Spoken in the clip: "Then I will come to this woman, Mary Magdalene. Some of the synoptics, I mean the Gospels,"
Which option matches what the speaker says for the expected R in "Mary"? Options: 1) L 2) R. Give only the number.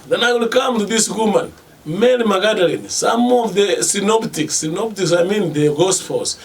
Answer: 1